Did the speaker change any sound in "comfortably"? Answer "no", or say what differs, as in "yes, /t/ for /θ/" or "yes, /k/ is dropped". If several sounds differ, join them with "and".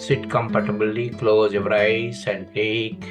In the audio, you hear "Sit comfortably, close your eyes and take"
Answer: yes, /p/ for /f/